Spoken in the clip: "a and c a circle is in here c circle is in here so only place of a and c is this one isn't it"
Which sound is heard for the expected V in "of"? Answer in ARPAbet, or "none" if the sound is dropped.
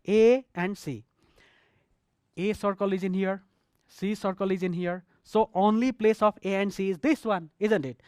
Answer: P